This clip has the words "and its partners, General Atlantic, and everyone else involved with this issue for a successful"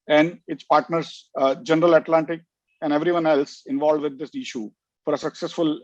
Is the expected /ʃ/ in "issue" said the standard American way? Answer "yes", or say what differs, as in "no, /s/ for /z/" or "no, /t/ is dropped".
yes